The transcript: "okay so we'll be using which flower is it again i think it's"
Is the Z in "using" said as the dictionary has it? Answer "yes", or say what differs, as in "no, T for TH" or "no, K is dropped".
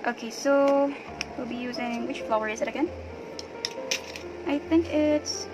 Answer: yes